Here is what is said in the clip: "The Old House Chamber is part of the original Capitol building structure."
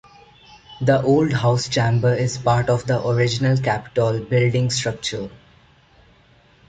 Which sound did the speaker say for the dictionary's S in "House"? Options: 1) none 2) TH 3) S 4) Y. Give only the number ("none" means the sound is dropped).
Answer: 3